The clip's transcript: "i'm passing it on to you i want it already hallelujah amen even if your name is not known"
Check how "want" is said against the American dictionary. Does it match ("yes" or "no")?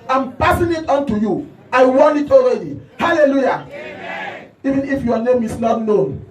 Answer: no